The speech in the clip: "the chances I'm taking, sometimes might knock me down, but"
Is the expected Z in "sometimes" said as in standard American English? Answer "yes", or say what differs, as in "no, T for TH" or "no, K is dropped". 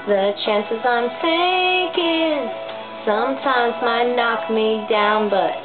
yes